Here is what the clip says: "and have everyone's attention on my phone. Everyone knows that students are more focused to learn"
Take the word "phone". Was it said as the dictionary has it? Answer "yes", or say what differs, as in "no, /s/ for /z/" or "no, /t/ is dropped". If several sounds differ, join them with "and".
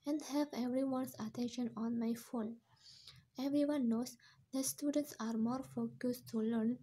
yes